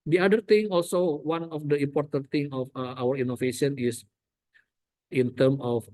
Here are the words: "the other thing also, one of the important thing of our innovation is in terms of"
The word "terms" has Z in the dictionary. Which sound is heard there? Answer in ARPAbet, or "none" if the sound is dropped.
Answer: none